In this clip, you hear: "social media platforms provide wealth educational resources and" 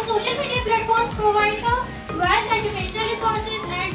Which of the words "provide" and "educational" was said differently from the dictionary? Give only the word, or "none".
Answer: none